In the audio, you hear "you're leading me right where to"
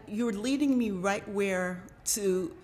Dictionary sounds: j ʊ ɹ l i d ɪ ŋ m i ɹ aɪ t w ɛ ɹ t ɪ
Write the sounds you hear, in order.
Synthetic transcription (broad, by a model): j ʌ ɹ l i d ɪ ŋ m i ɹ aɪ t w ɛ ɹ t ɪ